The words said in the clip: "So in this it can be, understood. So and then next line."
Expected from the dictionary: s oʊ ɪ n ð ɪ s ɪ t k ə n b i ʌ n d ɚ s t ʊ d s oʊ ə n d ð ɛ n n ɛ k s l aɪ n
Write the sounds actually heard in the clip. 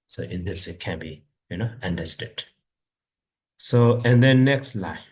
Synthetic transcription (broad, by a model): s oʊ ɪ n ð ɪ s ɪ t k ə n b i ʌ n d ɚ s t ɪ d s oʊ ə n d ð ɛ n n ɛ k s l aɪ